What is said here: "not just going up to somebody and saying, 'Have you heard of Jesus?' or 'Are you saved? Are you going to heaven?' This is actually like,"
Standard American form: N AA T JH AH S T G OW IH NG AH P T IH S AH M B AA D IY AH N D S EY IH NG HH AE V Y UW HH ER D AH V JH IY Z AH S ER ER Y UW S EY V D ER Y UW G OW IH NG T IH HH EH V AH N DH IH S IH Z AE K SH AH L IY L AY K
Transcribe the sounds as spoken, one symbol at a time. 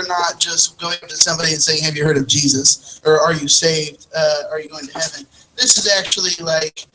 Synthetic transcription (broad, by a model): N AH T JH AH S T G OW IH NG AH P T IH S AH M B AA D IY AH N S EY IH NG HH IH V Y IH HH ER D AH V JH IY Z AH S ER ER Y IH S EY V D ER Y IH G OW IH NG T IH HH EH V AH N DH IH S IH Z AE K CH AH L IY L AY K